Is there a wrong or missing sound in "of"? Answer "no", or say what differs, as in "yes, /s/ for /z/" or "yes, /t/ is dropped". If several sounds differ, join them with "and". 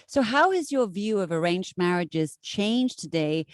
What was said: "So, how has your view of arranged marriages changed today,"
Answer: no